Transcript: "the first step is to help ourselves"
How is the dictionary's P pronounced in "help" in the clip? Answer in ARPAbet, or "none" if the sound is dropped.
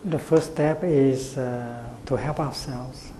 P